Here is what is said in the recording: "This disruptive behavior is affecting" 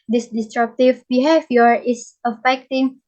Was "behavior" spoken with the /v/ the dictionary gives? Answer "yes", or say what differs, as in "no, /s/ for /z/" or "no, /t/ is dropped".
no, /f/ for /v/